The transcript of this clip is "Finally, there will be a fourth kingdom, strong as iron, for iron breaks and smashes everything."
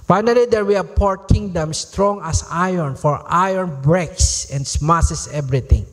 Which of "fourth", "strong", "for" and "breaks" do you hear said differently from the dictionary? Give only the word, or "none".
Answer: fourth